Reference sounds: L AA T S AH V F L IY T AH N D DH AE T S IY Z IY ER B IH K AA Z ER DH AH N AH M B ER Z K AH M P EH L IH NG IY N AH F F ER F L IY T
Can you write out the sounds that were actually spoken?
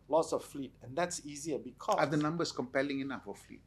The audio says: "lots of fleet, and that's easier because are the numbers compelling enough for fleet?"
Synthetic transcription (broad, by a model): L AA T S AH F F L IY T AH N D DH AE T S IY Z IY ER B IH K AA AA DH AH N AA M B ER S K AH M P EH L IH NG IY N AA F F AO F L IY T